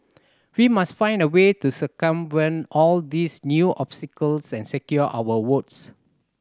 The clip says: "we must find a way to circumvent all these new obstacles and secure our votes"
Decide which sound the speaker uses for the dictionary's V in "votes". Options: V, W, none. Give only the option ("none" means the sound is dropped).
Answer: W